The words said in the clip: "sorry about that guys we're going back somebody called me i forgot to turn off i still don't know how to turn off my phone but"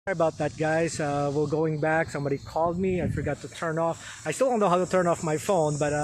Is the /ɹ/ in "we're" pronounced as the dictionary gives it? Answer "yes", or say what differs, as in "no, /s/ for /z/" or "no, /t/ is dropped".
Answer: no, /l/ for /ɹ/